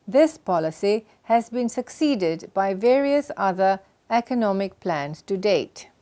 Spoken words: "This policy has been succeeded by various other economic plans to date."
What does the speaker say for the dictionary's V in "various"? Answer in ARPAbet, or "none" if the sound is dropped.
V